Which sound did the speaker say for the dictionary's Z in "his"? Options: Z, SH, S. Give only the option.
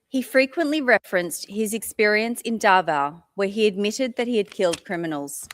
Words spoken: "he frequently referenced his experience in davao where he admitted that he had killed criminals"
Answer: Z